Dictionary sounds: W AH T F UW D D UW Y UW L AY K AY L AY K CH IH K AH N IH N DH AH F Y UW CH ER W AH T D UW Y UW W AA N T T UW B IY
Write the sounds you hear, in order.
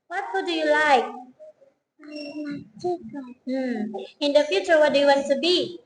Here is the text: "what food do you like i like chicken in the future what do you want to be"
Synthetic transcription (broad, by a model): W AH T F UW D D UW Y UW L AY K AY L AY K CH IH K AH IH N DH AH F Y UW CH ER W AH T D UW Y UW W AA N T T UW B IY